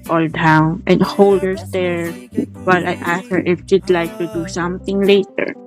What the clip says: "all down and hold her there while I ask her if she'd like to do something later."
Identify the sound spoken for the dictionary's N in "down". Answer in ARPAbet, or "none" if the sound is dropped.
N